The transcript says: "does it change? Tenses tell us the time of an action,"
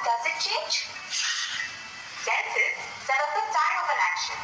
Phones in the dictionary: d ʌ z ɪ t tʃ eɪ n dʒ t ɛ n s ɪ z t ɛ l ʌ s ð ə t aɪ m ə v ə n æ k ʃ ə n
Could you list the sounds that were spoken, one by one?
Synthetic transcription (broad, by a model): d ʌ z ɪ t tʃ eɪ n dʒ s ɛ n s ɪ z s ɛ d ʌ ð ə t aɪ m ə v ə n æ k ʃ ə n